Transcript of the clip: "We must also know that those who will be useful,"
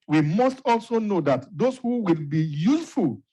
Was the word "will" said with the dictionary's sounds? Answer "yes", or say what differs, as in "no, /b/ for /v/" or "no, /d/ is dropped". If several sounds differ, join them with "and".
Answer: yes